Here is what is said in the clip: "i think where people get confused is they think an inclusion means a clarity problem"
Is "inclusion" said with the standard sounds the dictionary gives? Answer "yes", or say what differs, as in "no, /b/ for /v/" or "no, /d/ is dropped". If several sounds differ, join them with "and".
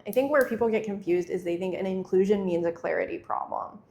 yes